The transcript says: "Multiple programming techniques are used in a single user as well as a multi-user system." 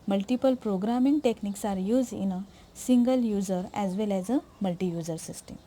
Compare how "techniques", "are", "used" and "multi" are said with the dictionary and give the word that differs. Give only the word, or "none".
used